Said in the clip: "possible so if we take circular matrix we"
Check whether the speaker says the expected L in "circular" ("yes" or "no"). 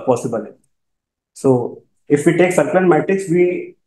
no